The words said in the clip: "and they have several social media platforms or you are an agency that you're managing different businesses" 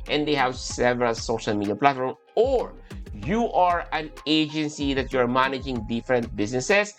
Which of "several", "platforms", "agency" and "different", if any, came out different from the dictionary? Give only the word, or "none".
platforms